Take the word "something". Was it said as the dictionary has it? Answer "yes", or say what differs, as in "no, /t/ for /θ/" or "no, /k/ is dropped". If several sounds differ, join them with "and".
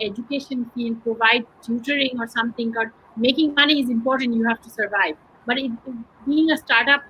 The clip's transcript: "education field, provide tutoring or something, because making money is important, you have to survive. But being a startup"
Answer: no, /t/ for /θ/